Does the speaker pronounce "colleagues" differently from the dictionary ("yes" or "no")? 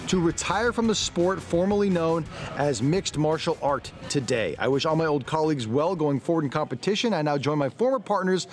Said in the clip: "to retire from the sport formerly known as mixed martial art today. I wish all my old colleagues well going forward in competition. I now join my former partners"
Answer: no